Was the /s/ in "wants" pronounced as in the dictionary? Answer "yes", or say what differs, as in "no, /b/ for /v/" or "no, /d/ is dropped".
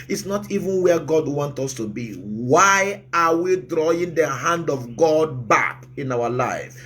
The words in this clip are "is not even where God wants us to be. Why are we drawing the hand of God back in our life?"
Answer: no, /s/ is dropped